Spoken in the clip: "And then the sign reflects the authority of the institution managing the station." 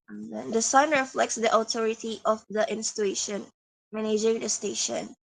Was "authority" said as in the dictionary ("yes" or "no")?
no